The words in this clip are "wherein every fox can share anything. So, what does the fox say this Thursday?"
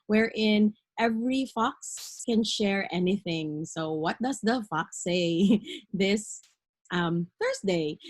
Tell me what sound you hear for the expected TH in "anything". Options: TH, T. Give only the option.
TH